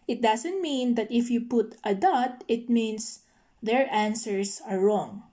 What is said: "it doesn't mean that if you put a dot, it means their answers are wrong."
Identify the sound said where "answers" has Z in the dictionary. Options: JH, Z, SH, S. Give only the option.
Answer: S